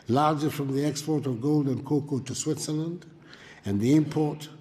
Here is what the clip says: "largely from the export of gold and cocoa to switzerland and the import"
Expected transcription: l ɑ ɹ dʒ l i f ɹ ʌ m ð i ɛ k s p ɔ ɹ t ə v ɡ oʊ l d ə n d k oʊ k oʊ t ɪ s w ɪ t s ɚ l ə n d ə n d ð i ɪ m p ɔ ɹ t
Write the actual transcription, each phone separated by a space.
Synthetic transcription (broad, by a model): l ɑ ɹ dʒ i f ɹ ʌ m ð i ɛ k s p ɔ ɹ t ə v ɡ oʊ l d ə n k oʊ k oʊ t ɪ s w ɪ t s ɚ l ə n d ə n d ð i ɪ m p ɔ ɹ t